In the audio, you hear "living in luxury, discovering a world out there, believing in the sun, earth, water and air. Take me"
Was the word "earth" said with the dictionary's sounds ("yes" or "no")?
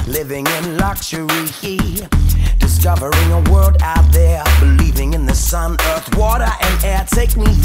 yes